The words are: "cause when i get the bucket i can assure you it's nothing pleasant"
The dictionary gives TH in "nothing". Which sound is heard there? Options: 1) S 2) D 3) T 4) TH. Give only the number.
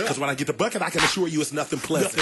4